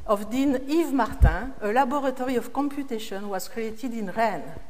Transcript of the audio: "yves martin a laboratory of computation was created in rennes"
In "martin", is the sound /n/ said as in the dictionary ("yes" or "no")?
no